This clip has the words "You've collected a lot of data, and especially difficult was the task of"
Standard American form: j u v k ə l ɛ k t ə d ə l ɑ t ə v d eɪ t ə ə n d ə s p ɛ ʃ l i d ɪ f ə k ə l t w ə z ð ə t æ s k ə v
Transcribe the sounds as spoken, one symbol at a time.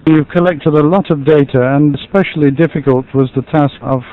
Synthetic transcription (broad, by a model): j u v k ə l ɛ k t ə d ə l ɑ t ə v d eɪ t ə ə n ə s p ɛ ʃ l i d ɪ f ə k ə l t w ə z ð ə t æ s k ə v